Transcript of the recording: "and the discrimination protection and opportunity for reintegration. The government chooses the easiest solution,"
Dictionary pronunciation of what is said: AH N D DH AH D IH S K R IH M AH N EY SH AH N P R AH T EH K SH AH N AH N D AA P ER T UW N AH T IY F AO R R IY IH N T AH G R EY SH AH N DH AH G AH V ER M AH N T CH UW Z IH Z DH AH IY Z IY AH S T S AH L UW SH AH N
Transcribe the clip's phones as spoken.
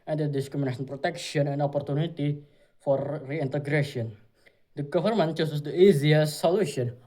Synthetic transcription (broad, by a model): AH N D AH D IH S K R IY M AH N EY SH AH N P R AH T EH K SH AH N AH N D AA P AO T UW N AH T IY F AO R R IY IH N T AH G R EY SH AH N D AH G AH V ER M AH N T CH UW S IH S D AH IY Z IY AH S S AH L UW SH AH N